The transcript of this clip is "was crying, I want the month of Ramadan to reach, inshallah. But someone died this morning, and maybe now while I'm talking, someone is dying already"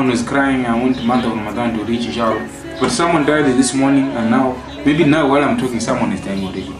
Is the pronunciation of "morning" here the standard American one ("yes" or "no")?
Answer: yes